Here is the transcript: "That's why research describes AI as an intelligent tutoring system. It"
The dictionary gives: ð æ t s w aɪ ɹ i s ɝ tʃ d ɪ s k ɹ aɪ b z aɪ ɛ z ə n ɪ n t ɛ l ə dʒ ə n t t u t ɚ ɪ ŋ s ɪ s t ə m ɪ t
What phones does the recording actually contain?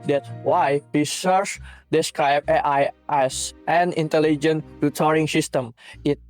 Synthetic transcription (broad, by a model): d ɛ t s w aɪ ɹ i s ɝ s d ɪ s k ɹ aɪ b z aɪ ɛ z ə n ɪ n t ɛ l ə dʒ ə n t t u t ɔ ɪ ŋ s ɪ s t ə m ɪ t